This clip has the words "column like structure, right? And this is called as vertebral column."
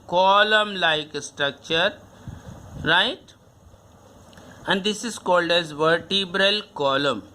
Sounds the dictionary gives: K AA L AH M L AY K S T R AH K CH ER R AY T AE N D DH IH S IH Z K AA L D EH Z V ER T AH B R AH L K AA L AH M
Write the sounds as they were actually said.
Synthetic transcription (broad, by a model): K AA L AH M L AY K S T R AH K CH ER R AY T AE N D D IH S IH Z K AA L D EH Z V ER T AH B R AH L K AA L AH M